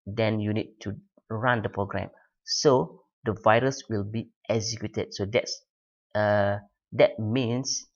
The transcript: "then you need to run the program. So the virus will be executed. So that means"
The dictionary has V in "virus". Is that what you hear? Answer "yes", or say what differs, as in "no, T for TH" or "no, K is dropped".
yes